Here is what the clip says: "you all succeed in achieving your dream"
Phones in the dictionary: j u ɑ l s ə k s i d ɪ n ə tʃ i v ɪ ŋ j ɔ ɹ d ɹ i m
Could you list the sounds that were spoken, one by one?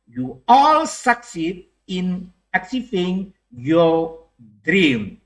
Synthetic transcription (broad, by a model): j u ɑ l s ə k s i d ɪ n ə s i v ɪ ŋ j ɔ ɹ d ɹ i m